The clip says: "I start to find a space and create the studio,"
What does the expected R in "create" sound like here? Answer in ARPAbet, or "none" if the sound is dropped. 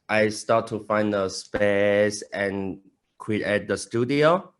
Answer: W